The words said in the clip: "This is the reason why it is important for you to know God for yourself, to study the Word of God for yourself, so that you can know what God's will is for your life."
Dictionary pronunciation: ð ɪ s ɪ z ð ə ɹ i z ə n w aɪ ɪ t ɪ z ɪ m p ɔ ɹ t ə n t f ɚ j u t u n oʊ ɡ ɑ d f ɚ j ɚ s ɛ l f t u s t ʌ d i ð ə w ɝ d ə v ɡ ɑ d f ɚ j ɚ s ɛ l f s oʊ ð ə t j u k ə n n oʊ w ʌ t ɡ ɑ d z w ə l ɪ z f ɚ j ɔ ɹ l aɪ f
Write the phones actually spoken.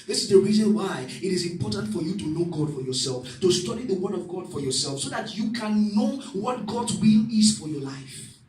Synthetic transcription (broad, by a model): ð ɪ s ɪ z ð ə ɹ i z ə n w aɪ ɪ t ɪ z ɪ m p ɔ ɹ t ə n t f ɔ j u t u n oʊ ɡ ɑ d f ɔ j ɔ s ɛ l f t u s t ʌ d i ð ə w ɝ d ə v ɡ ɑ d f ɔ j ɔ s ɛ l f s oʊ ð ə t j u k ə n n oʊ w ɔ t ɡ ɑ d w ə l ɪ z f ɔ j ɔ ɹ l aɪ f